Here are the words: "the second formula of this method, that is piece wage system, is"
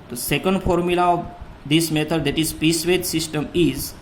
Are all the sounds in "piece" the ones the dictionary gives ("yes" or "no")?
yes